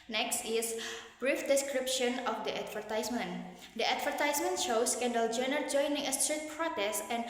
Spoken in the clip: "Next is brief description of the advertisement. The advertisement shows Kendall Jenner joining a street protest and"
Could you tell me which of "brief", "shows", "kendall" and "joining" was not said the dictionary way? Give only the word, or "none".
shows